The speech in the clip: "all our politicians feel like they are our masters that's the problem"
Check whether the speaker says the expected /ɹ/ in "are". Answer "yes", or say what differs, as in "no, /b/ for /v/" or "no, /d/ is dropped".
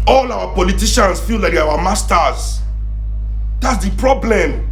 no, /w/ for /ɹ/